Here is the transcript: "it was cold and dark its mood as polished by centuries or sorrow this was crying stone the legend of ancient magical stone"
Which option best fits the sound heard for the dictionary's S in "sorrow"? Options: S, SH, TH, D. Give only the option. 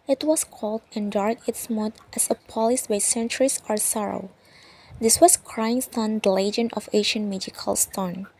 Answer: S